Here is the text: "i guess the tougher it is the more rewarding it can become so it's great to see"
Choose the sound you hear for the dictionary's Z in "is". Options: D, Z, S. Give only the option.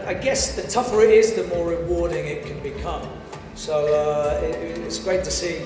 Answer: Z